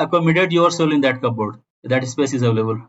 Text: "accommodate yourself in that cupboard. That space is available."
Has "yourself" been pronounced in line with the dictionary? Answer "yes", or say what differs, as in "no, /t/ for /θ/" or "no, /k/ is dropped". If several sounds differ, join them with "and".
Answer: no, /f/ is dropped